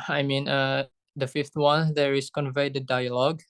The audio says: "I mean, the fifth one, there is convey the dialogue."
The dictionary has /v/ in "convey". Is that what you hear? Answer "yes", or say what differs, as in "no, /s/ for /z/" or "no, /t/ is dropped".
yes